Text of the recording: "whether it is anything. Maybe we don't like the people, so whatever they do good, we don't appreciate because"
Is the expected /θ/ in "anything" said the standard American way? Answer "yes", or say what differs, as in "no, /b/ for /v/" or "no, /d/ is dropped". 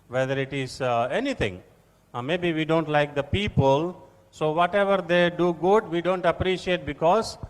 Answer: no, /t/ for /θ/